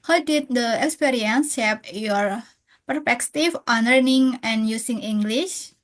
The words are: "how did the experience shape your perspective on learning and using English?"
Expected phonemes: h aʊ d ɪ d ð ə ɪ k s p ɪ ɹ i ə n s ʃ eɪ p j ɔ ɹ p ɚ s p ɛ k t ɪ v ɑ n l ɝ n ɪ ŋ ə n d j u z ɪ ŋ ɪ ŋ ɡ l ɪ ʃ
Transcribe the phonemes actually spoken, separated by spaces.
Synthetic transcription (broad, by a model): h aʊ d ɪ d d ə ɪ k s p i ɹ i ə n s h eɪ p j ɔ ɹ p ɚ p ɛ k t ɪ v ɑ n l ɝ n ɪ ŋ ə n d j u s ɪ ŋ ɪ ŋ ɡ l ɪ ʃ